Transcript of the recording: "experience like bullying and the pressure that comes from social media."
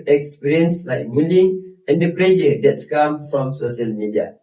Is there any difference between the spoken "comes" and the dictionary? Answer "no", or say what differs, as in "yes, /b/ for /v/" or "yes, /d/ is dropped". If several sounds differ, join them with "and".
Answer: yes, /z/ is dropped